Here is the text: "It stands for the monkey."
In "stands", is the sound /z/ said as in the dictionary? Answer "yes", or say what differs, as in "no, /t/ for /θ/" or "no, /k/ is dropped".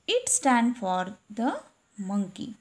no, /z/ is dropped